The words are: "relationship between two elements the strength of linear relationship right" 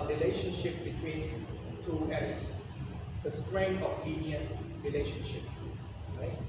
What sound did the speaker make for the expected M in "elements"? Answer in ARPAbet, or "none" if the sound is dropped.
none